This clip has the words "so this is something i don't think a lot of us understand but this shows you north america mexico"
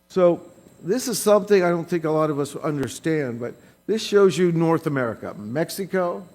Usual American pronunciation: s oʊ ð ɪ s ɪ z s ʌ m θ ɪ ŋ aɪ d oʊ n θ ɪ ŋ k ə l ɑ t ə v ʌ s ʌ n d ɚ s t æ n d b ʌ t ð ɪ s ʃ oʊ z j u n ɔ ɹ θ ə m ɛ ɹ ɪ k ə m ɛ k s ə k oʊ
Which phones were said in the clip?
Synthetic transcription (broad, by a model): s oʊ ð ɪ s ɪ z s ʌ m θ ɪ ŋ aɪ d oʊ n θ ɪ ŋ k ə l ɑ t ə v ʌ s ʌ n d ɚ s t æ n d b ʌ t ð ɪ s ʃ oʊ z j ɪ n ɔ ɹ θ ə m ɛ ɹ ɪ k ə m ɛ k s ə k oʊ